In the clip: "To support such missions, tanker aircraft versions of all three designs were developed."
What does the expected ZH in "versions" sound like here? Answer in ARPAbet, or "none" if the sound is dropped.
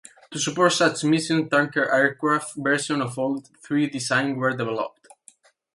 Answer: S